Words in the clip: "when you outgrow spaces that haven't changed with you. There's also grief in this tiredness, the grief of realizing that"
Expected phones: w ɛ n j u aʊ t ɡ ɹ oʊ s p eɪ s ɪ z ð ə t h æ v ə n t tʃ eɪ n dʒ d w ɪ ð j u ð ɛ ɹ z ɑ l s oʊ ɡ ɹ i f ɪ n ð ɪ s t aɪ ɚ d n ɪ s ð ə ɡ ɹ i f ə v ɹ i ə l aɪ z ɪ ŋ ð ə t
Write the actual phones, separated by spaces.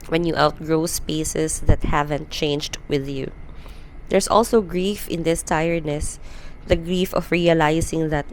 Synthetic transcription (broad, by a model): w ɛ n j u aʊ t ɡ ɹ oʊ s p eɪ s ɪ s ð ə t h æ v ə n t tʃ eɪ n dʒ d w ɪ ð j u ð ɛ ɹ s ɑ l s oʊ ɡ ɹ i f ɪ n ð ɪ s t aɪ ɚ d n ɪ s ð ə ɡ ɹ i f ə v ɹ i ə l aɪ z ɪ ŋ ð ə t